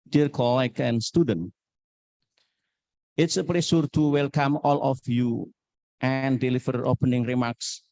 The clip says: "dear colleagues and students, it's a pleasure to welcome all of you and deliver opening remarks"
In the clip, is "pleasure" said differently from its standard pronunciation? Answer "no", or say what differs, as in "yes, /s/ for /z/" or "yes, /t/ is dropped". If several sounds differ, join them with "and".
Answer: yes, /s/ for /ʒ/